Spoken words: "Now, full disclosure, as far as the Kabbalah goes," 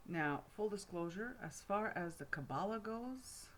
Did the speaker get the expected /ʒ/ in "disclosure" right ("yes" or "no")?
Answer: yes